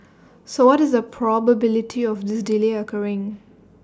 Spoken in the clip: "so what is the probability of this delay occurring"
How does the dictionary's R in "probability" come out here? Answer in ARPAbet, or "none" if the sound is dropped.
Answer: R